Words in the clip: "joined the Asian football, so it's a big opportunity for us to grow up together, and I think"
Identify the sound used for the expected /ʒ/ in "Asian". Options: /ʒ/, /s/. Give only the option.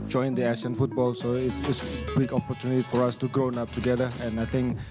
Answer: /s/